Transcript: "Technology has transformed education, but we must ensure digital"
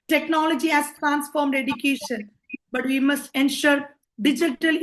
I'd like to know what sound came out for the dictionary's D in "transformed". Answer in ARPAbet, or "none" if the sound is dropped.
D